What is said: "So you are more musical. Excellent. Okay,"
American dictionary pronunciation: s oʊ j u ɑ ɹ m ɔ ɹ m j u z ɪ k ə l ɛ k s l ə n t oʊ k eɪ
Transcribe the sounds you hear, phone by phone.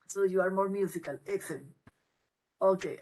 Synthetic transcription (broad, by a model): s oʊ j u ɑ ɹ m ɔ ɹ m j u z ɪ k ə l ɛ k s ə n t oʊ k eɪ